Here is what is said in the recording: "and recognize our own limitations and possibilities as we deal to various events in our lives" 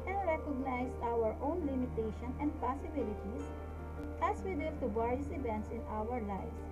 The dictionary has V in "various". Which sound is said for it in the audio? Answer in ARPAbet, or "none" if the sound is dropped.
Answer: B